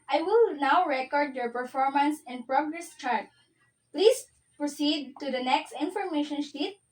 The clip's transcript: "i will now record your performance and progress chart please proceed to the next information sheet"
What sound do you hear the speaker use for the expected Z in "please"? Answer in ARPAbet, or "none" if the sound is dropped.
S